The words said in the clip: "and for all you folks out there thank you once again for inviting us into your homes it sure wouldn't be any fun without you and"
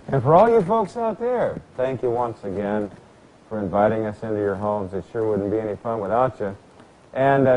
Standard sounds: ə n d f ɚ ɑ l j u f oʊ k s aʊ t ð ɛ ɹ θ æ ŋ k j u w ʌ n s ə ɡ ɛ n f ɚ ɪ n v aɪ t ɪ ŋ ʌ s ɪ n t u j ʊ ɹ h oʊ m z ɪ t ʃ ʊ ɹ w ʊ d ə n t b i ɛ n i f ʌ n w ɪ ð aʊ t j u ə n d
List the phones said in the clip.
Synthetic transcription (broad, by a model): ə n f ɚ ɑ l j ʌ f oʊ k s aʊ t ð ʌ ɹ θ æ ŋ k j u w ʌ n s ə ɡ ɛ n f ɚ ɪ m v aɪ t ɪ ŋ ʌ s ɪ n t u j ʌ ɹ h oʊ m z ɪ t ʃ ʊ ɹ w ʊ d n b i ɛ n i f ʌ n w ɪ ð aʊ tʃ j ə n